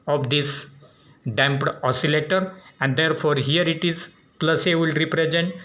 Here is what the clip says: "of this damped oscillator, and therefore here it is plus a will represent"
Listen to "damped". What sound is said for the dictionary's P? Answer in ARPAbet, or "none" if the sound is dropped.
P